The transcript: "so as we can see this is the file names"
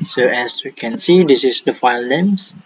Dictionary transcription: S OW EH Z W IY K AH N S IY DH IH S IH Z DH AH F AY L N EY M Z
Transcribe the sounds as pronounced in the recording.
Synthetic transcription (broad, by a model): S OW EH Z W IY K AH N S IY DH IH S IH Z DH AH F AY L N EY M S